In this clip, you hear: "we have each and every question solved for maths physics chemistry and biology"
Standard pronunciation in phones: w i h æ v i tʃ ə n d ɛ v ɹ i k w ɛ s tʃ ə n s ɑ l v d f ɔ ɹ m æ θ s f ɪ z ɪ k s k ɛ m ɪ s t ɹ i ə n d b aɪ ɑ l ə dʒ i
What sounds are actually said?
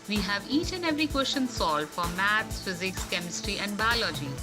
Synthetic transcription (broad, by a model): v i h æ v i tʃ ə n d ɛ v ɹ i k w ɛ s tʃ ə n s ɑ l d f ɔ ɹ m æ t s f ɪ z ɪ k s k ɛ m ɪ s t ɹ i ə n d b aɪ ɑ l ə dʒ i